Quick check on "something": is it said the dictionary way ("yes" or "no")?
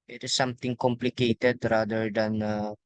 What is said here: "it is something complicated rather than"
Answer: no